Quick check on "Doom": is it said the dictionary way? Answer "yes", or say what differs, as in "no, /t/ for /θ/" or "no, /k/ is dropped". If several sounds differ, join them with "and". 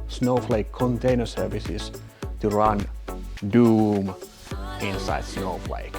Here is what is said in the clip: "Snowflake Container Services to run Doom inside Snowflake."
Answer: yes